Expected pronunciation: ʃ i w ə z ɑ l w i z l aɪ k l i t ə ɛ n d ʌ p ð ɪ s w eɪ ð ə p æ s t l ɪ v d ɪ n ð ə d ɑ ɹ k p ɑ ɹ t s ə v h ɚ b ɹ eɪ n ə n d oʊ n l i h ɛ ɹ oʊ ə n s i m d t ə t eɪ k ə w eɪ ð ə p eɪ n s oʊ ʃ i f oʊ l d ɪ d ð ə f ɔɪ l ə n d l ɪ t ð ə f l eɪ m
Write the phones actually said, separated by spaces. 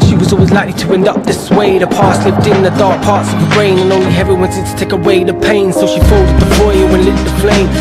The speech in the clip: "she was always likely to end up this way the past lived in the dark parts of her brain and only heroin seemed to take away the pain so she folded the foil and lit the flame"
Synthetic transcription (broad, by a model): ʃ i w ə z ɑ l w i z l aɪ k l i t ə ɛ n d ʌ p ð ɪ s w eɪ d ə p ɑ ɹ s l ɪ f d ɪ n ð ə d ɑ ɹ k p ɑ ɹ t s ə v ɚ b ɹ eɪ n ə n oʊ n l i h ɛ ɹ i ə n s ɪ d t ə t eɪ k ə w eɪ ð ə p eɪ n s oʊ ʃ i f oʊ l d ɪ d ð ə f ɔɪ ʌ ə n l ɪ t ð ə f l eɪ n